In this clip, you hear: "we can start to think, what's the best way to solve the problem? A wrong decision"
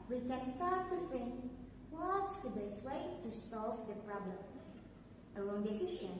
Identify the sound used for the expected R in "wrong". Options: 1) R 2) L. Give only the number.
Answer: 2